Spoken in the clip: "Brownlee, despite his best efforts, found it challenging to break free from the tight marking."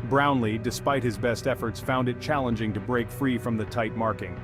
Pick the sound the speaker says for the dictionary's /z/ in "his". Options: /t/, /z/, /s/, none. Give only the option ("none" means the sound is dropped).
/z/